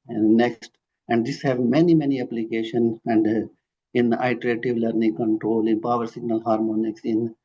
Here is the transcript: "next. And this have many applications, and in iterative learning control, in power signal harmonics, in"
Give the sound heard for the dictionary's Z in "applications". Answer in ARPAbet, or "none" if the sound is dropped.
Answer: none